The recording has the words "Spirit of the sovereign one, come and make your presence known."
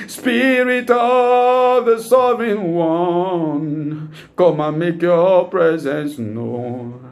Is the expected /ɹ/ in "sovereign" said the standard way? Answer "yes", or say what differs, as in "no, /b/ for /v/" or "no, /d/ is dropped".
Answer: no, /ɹ/ is dropped